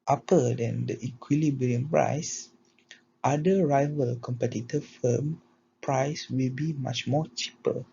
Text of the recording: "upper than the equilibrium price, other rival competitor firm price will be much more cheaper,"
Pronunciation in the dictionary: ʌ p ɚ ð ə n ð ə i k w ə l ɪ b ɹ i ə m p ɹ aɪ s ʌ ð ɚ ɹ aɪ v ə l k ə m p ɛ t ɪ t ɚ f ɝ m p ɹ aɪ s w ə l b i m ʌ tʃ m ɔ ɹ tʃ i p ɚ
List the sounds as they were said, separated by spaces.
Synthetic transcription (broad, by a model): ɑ p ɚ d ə n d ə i k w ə l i b ɹ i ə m p ɹ aɪ s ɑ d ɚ ɹ aɪ v ə l k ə m p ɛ t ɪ t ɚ f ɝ m p ɹ aɪ s w ə l b i m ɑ tʃ m ɔ tʃ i p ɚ